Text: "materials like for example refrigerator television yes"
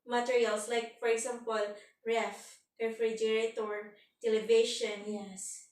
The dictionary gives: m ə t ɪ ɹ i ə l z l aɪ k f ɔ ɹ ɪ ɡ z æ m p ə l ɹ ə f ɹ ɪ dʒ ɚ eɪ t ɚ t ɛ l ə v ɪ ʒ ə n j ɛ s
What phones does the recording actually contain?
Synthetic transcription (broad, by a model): m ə t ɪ ɹ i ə l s l aɪ k f ɔ ɹ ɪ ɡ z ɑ m p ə l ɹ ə f ɹ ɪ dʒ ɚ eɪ t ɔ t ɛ l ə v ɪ ʃ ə n j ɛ s